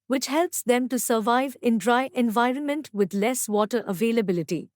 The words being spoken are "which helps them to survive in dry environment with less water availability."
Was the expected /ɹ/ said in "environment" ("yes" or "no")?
yes